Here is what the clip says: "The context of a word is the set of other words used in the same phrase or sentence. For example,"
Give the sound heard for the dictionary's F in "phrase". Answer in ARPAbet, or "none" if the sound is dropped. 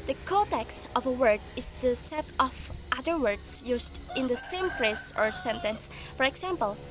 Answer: P